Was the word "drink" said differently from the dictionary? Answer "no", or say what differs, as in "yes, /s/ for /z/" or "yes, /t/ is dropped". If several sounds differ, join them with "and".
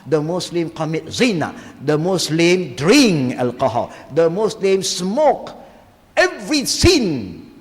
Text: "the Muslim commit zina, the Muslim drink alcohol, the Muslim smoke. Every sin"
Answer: yes, /k/ is dropped